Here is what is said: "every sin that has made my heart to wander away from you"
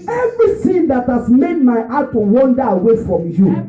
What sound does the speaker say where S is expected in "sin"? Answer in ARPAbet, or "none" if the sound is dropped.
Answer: TH